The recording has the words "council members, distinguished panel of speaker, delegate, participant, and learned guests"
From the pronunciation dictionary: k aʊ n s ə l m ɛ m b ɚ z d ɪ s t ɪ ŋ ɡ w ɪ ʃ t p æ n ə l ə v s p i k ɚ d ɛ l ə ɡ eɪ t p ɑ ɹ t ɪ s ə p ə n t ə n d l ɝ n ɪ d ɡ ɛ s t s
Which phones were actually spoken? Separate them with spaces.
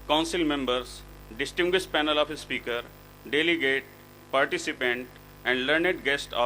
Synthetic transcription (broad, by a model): k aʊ n s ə l m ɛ m b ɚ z d ɪ s t ɪ ŋ ɡ w ɪ ʃ t p æ n ə l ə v s p i k ɚ d ɛ l ə ɡ eɪ t p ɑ ɹ t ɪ s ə p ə n t ə n d l ɝ n ɪ d ɡ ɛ s t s